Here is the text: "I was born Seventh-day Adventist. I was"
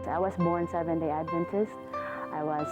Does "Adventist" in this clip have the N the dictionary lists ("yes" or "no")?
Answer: yes